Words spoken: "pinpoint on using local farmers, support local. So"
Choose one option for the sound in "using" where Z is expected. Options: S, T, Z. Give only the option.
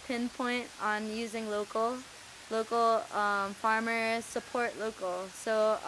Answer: Z